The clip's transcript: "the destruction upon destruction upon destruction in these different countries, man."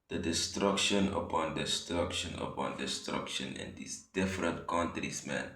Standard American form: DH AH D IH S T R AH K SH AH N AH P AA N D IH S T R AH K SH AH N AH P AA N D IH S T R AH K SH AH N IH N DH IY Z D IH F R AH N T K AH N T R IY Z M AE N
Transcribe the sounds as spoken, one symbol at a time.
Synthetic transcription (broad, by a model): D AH D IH S T R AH K SH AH N AH P AA N D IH S T R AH K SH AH N AH P AA N D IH S T R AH K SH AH N IH N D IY S D IH F R AH N T K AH N T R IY S M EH N